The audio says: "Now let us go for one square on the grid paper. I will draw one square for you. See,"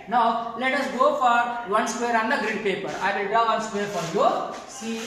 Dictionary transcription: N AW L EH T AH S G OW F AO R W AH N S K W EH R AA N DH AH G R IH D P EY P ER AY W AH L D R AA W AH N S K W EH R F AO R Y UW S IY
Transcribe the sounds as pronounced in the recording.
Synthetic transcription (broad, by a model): N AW L EH T AH S G OW F AO R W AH N S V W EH R AA N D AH G R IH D P EY P ER AY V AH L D AA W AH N S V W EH R F AO R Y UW S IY